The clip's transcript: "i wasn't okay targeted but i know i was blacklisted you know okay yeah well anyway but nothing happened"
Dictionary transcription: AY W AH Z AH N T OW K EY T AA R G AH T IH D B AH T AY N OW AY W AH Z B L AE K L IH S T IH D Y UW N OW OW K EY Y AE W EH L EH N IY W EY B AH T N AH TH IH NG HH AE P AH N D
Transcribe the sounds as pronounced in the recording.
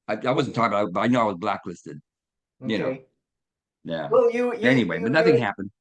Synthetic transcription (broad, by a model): AY W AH Z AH N T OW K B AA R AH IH B AH T AY N OW AY W AH Z B L AE K L IH S T IH D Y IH N OW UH Y AE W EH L EH N IY W EY B AH T N AH TH IH NG HH AE P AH N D